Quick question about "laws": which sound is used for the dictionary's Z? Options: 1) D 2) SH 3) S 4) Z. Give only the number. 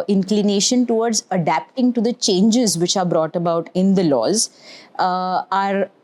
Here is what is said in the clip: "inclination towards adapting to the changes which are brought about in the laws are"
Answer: 4